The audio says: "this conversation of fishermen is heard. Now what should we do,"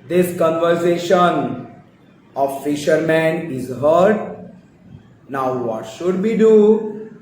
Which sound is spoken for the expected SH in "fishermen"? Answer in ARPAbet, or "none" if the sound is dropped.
SH